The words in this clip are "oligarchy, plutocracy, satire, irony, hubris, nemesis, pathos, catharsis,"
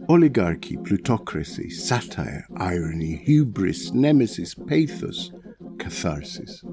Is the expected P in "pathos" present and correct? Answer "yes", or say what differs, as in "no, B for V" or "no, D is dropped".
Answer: yes